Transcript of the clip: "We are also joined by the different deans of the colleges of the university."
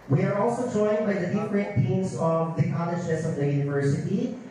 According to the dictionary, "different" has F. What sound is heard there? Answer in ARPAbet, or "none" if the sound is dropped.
P